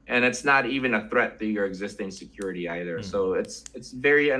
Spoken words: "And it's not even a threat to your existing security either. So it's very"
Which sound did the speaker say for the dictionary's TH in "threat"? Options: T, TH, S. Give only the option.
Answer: TH